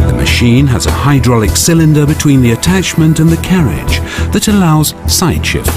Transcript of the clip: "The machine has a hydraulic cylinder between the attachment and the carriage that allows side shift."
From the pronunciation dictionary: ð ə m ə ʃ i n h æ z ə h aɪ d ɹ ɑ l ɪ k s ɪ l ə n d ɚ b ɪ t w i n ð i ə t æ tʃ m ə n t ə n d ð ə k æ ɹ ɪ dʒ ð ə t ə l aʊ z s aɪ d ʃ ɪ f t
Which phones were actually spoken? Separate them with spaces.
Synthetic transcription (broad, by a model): ð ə m ə ʃ i n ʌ z ə h aɪ d ɹ ɑ l ɪ k s ɪ l ə n d ɚ b ɪ t w i n ð i ə t æ tʃ m ə n t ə n ð ə k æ ɹ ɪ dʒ ð ə t ə l aʊ z s aɪ d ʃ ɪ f